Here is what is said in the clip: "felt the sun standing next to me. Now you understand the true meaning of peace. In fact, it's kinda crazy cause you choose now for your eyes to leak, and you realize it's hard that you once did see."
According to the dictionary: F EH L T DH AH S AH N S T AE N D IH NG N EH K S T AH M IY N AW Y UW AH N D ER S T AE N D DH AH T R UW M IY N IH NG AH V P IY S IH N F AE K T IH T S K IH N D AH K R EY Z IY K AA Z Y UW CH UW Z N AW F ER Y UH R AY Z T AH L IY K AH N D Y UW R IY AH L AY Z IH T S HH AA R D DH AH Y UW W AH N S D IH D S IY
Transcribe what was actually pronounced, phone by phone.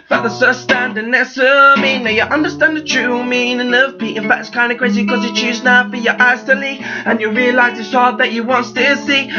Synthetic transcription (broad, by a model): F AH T DH AH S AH S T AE N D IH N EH S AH M IY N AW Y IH AH N D ER S T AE N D DH AH T R UW M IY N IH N AH V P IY IH N F AE K T IH T S K IH N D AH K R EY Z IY K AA Z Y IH CH UW Z N AW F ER Y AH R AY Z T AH L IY AH N Y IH R IY AH L AY Z IH T S HH AA R D DH AH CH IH W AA N S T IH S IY